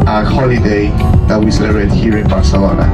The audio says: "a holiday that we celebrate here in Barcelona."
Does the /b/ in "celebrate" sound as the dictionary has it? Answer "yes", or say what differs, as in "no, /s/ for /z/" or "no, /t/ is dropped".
no, /b/ is dropped